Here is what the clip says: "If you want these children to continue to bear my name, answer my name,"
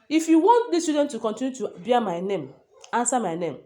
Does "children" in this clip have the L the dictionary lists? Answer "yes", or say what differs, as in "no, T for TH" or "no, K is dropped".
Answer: no, L is dropped